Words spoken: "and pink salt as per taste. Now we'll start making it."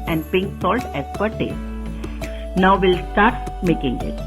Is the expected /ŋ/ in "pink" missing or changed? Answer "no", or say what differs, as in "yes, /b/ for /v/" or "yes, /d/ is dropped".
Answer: no